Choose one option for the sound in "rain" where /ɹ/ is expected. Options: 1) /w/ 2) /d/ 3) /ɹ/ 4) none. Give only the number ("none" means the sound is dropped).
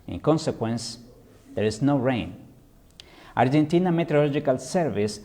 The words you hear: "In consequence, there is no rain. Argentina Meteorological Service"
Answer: 3